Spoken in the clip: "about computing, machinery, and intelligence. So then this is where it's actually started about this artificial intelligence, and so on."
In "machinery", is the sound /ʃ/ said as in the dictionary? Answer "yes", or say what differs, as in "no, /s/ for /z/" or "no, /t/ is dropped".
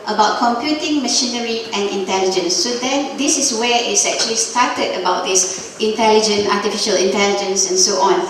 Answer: yes